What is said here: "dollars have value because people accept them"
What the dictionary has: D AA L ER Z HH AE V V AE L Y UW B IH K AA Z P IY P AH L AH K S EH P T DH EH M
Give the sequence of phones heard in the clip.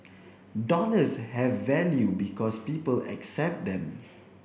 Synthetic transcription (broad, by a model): D AA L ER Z HH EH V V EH L Y UW B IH K AA S P IY P AH L AH K S EH P T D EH M